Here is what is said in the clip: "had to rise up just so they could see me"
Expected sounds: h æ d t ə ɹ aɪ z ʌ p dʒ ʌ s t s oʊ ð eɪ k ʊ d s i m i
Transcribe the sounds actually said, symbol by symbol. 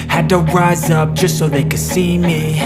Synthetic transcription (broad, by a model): h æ d t ə ɹ aɪ z ʌ p dʒ ʌ s t s oʊ ð eɪ k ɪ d s i m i